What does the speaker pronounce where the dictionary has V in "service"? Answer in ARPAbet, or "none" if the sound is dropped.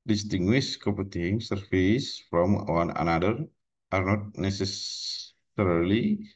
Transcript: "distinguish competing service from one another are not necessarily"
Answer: F